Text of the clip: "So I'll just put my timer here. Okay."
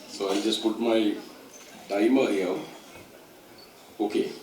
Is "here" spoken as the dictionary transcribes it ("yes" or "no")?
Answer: no